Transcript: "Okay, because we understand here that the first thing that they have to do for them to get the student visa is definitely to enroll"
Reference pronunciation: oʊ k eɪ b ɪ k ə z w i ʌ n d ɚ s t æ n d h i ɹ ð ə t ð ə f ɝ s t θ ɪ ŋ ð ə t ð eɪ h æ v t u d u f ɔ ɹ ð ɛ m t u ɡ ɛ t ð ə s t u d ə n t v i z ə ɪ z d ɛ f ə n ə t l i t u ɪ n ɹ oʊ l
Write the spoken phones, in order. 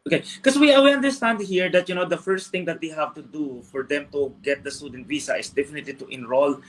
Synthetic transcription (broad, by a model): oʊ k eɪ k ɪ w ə w i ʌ n d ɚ s t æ n d h i ɹ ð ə t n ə f ɝ s t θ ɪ ŋ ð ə t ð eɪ h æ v t u d u f ɔ ɹ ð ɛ m t u ɡ ɛ t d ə s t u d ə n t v i s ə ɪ s d ɛ f ə n ə t l i t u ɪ n ɹ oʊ l